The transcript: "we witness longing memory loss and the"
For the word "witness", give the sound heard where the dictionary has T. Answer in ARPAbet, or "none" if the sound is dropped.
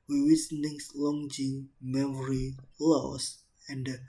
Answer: S